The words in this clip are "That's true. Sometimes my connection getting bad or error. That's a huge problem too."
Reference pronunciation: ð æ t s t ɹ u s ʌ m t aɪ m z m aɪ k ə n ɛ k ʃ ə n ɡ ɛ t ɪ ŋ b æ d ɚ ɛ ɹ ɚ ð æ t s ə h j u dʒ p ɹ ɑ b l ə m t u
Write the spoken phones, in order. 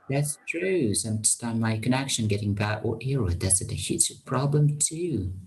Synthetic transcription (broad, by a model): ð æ t s t ɹ u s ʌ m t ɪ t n m aɪ k ə n ɛ k ʃ ə n ɡ ɛ t ɪ ŋ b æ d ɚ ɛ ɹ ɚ ð æ t s ə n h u tʃ p ɹ ɑ b l ə m t u